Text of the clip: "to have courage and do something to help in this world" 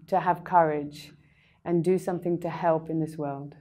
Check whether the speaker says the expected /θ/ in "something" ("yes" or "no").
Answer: yes